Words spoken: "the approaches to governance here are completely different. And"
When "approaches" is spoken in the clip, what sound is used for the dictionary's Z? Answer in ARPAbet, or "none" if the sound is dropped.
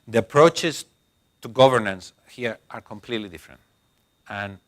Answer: S